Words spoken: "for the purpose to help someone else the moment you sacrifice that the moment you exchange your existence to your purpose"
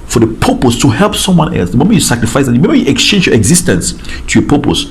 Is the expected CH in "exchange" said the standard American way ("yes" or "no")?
yes